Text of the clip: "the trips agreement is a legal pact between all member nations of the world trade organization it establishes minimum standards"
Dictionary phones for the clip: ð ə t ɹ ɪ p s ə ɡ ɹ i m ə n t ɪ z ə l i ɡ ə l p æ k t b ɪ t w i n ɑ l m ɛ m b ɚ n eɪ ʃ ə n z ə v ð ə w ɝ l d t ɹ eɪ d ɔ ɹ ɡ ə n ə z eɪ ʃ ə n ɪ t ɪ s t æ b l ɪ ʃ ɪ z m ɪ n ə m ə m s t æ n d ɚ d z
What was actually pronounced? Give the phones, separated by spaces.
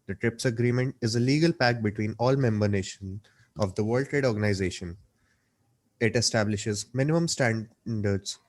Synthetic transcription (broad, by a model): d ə t ɹ ɪ p s ə ɡ ɹ i m ə n t ɪ z ə l i ɡ ə l p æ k b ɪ t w i n ɑ l m ɛ m b ɚ n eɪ ʃ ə n ə v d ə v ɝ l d t ɹ eɪ d ɔ ɹ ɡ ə n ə z eɪ ʃ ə n ɪ t ɪ s t æ b l ɪ ʃ ɪ z m ɪ n ə m ə m s t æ n d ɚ d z